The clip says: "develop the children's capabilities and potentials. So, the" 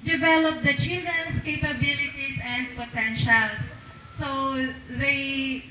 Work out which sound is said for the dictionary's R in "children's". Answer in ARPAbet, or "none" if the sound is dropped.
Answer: none